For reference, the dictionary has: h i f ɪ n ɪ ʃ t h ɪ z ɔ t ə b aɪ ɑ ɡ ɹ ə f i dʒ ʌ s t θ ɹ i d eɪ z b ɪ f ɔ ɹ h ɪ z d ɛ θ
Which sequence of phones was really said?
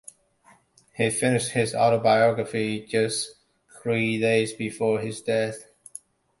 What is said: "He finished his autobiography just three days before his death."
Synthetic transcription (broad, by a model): h i f ɪ n ɪ ʃ t h ɪ z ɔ t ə b aɪ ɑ ɡ ɹ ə f i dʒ ʌ s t θ ɹ i d eɪ z b ɪ f ɔ ɹ ɪ z d ɛ θ